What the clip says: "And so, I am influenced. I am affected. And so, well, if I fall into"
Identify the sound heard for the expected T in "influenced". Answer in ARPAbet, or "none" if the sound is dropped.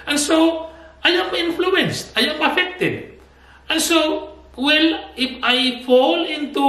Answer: T